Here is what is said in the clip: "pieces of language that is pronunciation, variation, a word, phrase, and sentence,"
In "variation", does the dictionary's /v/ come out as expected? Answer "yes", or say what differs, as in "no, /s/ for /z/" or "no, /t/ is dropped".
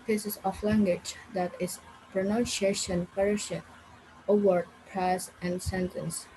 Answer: no, /p/ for /v/